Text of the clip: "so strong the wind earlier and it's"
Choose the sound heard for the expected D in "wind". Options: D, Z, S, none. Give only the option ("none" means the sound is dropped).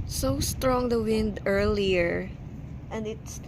D